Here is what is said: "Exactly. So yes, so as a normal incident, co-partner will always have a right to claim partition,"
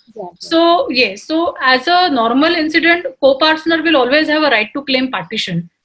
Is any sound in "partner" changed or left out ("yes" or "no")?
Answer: yes